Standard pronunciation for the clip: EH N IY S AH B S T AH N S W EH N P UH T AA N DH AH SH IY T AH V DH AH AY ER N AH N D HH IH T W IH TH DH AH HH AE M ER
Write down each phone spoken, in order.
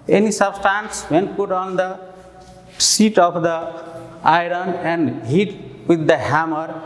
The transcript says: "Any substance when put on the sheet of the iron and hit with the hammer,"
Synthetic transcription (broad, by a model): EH N IY S AH B S T AH N S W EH N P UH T AA N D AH S IY T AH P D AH AY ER N AH N D HH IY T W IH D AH HH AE M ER